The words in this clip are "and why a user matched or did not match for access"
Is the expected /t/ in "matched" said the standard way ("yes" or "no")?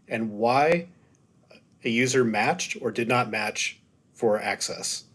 yes